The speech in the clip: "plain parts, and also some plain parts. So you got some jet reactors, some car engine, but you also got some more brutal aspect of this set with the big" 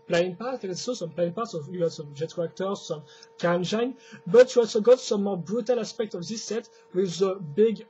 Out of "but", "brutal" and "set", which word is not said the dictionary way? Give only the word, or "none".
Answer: none